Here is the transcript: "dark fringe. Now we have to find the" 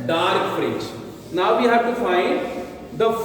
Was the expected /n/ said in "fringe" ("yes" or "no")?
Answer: no